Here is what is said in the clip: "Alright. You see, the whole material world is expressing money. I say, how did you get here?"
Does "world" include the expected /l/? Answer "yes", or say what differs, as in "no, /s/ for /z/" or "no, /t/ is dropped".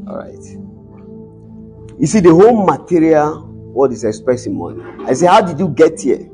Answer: no, /l/ is dropped